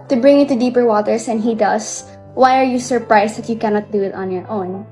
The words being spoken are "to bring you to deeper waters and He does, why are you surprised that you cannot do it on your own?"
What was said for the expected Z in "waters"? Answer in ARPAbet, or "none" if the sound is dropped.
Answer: S